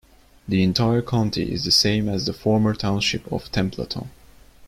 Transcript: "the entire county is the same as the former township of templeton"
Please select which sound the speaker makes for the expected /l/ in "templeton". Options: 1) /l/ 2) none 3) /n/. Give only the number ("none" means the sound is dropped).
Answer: 2